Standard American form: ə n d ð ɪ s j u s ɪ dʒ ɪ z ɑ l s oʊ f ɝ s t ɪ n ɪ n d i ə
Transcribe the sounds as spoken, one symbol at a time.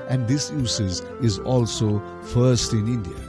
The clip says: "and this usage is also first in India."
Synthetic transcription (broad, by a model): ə n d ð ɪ s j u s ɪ z ɪ z ɑ l s oʊ f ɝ s t ɪ n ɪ n d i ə